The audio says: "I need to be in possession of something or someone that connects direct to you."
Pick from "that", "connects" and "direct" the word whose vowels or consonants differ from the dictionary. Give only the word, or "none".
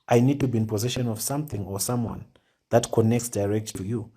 none